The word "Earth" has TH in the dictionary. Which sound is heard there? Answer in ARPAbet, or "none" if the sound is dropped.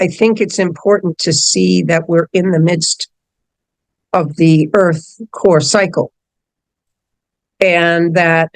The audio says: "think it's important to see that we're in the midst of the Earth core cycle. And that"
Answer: TH